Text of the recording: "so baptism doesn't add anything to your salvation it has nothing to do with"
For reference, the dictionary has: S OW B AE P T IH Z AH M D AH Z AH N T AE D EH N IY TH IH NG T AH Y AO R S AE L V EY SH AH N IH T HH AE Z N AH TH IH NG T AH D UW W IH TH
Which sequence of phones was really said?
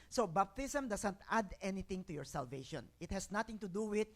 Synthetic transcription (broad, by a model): S OW B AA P T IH S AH M D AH S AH N T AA D EH N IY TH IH NG T AH Y AO R S AE L V EY SH AH N IH T HH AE S N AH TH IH NG T AH D UW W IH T